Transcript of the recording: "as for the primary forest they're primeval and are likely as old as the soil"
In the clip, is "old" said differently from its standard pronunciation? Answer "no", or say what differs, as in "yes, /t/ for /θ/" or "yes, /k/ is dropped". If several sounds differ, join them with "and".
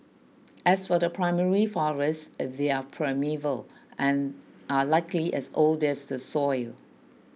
no